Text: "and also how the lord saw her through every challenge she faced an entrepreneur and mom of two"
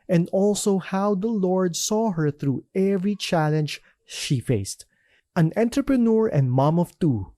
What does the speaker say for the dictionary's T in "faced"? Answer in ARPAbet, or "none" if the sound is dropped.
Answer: T